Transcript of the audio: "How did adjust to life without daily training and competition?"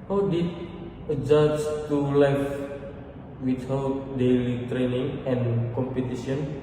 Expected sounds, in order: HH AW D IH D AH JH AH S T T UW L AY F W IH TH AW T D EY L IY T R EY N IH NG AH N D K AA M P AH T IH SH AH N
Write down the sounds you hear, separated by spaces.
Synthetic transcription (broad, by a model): HH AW D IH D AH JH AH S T T UW L AY F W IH T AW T D EY L IY T R EY N IH NG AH N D K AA M P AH T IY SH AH N